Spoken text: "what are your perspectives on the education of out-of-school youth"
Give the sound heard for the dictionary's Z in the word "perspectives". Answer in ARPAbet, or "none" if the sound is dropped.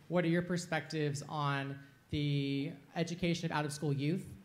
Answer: Z